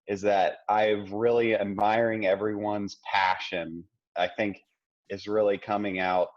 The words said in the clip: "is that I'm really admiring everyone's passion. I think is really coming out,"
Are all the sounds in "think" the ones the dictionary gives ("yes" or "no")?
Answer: yes